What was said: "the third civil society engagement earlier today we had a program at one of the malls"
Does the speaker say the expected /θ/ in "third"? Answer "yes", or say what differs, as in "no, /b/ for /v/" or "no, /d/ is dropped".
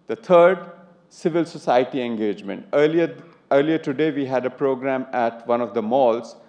no, /t/ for /θ/